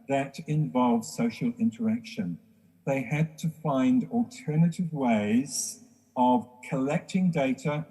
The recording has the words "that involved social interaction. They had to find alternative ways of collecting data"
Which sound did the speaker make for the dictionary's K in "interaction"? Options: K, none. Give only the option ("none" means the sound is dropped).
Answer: K